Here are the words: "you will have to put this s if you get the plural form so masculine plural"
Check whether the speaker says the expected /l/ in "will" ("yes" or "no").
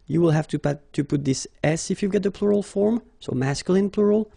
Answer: yes